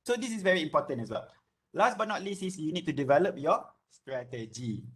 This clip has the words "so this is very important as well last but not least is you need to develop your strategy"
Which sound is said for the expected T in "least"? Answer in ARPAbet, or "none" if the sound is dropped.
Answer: none